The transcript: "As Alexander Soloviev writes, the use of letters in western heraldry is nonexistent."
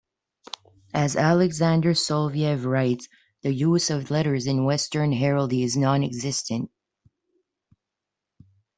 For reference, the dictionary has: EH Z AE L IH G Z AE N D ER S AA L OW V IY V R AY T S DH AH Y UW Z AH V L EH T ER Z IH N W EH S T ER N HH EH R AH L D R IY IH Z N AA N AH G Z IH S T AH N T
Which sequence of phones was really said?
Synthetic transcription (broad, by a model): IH Z AE L IH G Z AE N D ER S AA L V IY V R AY T S DH AH Y UW Z AH V L EH T ER Z IH N W EH S T ER N HH EH R L D IY IH Z N AA N AH G Z IH S T AH N T